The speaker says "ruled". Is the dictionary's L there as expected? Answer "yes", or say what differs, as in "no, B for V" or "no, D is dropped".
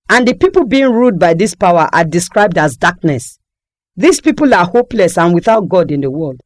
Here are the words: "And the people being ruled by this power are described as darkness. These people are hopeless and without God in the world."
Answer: no, L is dropped